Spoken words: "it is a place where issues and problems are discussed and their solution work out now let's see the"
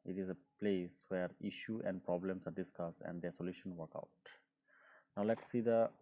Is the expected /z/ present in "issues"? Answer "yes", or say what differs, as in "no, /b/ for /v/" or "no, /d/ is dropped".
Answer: no, /z/ is dropped